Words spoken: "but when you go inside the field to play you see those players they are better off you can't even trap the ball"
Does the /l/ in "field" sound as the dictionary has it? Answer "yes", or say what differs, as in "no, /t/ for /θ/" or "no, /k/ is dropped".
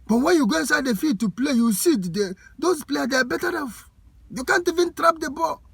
no, /l/ is dropped